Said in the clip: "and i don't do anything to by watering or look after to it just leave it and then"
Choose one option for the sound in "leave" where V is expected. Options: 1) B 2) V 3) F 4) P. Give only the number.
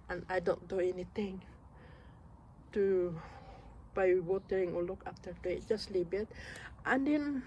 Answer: 1